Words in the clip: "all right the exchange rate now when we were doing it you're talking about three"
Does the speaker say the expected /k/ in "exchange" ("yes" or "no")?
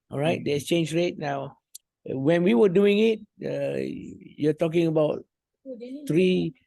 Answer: no